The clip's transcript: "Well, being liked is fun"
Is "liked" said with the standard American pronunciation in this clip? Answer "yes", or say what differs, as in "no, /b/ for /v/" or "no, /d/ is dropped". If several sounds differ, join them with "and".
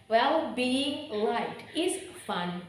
no, /k/ is dropped